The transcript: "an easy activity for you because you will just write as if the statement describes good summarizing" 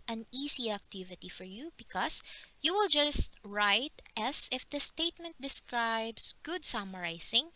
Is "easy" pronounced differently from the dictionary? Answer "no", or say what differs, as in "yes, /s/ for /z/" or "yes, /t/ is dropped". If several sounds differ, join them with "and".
yes, /s/ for /z/